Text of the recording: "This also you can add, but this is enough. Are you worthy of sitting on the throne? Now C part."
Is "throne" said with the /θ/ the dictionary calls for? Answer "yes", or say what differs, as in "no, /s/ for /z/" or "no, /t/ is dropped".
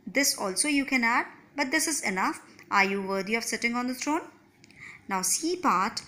no, /t/ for /θ/